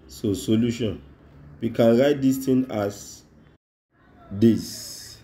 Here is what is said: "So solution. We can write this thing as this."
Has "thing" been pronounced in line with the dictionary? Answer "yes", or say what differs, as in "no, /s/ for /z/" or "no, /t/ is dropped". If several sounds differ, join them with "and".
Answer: no, /t/ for /θ/